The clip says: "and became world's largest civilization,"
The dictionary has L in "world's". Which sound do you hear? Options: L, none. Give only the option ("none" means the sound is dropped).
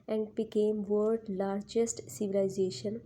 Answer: none